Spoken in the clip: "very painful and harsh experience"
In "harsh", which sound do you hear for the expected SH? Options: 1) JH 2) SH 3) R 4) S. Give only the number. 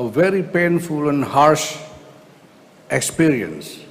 2